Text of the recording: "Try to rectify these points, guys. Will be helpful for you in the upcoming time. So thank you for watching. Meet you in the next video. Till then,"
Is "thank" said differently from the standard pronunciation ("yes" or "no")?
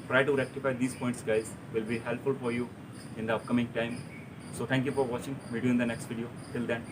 yes